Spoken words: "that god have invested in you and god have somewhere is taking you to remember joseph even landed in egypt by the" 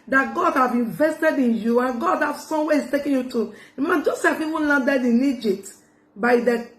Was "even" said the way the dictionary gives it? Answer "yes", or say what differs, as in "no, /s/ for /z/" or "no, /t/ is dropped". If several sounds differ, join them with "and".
no, /p/ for /v/